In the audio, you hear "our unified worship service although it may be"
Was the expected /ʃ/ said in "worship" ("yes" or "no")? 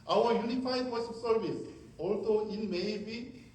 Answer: no